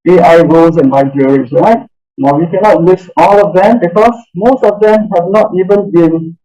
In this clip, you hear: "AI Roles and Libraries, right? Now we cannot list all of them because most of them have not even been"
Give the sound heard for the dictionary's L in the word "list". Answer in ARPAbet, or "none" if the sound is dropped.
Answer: W